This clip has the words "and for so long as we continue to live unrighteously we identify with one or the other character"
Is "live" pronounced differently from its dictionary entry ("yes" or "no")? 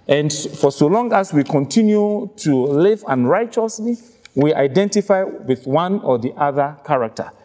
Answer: no